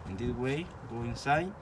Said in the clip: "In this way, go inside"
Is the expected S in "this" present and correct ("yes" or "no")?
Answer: no